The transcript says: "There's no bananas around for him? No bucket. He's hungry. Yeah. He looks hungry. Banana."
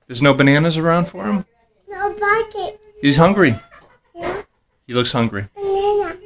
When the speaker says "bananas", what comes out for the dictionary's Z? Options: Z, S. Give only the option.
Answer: Z